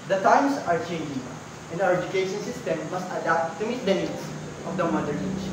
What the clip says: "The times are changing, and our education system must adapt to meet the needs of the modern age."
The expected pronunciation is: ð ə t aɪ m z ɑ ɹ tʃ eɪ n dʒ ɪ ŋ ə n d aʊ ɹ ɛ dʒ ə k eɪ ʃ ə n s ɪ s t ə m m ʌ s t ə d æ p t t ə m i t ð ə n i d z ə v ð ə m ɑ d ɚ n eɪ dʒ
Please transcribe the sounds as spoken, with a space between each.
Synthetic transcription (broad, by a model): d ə t aɪ m s ɑ ɹ tʃ eɪ n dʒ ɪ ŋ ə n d aʊ ɹ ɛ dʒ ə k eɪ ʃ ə n s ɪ s t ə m m ʌ s t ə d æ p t t ə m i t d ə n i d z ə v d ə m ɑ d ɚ eɪ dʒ